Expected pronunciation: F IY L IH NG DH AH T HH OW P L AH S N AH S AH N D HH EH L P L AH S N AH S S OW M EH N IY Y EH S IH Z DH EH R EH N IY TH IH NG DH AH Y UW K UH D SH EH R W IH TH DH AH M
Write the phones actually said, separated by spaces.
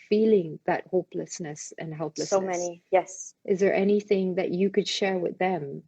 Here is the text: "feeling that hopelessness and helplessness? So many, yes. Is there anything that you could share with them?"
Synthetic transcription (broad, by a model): F IY L IH NG DH AH T HH OW P L AH S N AH S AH N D HH EH L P L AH S AH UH M EH N IY Y EH S IH Z DH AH R EH N IY TH IH NG DH AH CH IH K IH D SH EH R W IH DH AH M